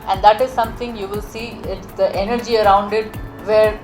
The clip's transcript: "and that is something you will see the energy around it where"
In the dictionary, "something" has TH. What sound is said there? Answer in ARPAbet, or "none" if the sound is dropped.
T